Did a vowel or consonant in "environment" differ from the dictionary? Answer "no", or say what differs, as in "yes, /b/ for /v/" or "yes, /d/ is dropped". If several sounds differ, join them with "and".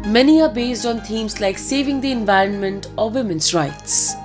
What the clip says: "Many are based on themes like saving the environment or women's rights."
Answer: no